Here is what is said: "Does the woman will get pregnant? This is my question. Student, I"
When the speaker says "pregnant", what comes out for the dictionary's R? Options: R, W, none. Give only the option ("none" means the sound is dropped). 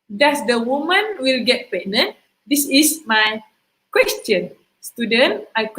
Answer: none